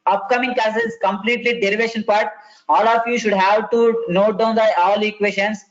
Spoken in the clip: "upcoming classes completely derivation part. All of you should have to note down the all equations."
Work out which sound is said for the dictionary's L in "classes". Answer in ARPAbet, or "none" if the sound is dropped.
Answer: none